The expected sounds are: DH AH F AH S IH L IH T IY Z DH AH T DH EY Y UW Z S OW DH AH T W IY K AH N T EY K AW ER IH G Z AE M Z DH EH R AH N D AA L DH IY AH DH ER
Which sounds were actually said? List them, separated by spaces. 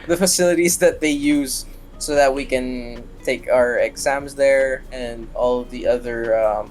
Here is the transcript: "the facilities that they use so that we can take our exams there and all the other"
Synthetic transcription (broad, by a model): DH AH F AH S IH L IH T IY Z DH AH T DH EY Y UW Z S OW DH AH T W IY K AH N T EY K AW ER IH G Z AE M Z DH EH R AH N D AA L DH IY AH DH ER